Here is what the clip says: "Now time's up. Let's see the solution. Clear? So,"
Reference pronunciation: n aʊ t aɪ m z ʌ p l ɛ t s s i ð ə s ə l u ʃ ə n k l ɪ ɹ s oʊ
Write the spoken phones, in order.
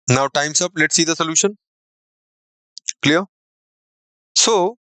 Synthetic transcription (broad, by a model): n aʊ t aɪ m s ʌ p l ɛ t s s i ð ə s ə l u ʃ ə n k l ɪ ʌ s oʊ